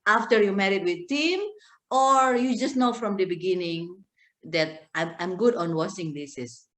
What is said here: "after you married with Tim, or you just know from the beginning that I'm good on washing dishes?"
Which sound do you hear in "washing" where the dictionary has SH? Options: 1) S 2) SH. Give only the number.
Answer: 1